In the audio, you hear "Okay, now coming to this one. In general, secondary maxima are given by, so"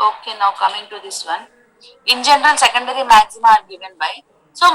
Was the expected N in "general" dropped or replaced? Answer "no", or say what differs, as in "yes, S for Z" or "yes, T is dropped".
no